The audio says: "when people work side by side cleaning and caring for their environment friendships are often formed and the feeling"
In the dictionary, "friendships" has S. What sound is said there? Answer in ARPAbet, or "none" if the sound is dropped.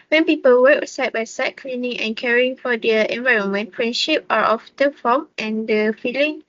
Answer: none